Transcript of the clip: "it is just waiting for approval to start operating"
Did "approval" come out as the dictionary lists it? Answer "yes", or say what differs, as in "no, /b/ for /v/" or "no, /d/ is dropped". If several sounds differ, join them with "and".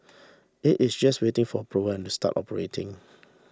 no, /n/ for /l/